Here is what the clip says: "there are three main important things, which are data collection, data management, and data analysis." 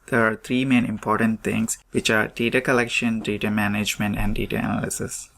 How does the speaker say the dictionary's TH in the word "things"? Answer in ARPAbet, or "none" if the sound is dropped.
T